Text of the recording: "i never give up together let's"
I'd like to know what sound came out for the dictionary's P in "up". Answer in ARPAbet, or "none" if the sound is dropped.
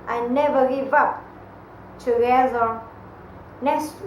P